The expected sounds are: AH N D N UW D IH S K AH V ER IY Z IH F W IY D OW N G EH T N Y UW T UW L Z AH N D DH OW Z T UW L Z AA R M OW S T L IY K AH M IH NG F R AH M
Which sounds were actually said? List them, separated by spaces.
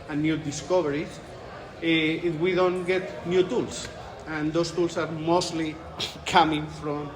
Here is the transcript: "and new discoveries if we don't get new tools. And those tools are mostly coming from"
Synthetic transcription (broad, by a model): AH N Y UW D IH S K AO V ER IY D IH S W IY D OW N G EH T N Y UW T UW L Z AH N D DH OW S T UW L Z AA R M OW S T L IY K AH M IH NG F R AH M